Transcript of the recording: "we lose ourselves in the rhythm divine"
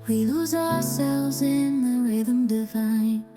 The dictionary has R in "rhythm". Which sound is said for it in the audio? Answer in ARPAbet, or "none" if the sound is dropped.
R